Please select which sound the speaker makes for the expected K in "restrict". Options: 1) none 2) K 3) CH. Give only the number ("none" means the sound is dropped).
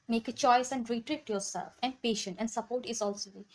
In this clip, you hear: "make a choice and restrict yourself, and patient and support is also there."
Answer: 1